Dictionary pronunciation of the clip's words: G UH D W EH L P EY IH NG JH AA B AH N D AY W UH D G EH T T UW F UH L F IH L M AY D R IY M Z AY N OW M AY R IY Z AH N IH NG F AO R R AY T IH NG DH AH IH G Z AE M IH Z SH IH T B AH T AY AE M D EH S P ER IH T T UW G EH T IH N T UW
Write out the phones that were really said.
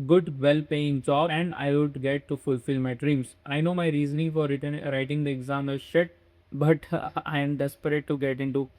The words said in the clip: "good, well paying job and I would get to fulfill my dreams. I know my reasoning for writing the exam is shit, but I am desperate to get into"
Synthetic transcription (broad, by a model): G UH D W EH L P EY IH NG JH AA AH N D AY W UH D G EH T T UW F UH L F IH L M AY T R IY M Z AY N OW M AY R IY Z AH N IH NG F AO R R AY T IH NG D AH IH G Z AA M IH SH IH T B AH T AY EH M D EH S P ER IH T T UW G EH T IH N T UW